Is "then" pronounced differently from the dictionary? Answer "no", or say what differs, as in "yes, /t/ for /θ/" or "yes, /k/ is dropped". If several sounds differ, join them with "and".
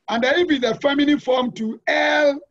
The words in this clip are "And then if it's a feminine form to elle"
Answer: yes, /n/ is dropped